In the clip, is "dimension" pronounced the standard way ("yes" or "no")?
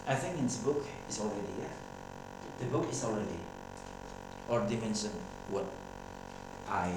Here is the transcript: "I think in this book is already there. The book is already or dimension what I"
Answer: no